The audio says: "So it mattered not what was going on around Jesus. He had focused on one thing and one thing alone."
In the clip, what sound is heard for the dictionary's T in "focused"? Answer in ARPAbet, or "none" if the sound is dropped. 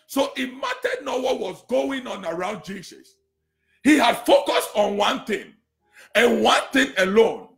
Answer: T